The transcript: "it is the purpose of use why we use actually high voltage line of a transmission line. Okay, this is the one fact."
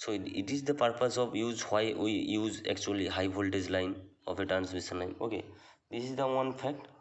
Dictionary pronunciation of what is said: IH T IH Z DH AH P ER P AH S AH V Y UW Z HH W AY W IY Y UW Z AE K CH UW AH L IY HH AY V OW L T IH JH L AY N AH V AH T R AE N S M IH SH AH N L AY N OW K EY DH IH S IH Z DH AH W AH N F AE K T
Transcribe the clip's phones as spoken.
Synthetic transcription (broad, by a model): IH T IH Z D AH P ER P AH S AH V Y UW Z HH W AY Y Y UW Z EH K CH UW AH L IY HH AY B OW L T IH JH L AY N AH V AH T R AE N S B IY S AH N L AY N OW K EY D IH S IH Z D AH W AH N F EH K T